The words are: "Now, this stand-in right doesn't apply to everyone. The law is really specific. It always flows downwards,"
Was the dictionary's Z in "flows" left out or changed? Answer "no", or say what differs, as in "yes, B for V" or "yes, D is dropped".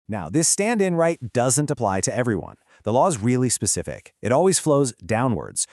no